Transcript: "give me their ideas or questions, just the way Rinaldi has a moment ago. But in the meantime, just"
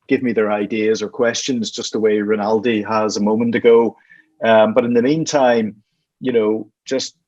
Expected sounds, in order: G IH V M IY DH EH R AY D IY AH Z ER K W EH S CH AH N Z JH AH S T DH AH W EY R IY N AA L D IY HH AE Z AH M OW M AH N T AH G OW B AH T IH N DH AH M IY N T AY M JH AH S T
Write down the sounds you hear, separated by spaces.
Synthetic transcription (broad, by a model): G IH V M IY DH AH R AY D IY AH Z ER K W EH S CH AH N Z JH AH S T DH AH W EY R IY N AA L D IY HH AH Z AH M OW M AH N T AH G OW B AH T IH N DH AH M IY N T AY M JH AH S T